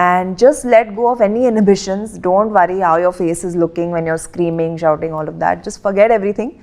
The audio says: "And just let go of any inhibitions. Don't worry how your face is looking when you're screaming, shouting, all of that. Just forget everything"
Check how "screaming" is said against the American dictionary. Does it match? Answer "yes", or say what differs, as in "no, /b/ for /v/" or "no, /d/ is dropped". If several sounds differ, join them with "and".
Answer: yes